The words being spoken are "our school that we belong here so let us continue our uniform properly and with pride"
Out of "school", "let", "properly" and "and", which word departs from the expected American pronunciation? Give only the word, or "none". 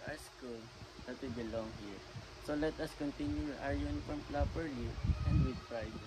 properly